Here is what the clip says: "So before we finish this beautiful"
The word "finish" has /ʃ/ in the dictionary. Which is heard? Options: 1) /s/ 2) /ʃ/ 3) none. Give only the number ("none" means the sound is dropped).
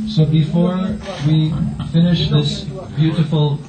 2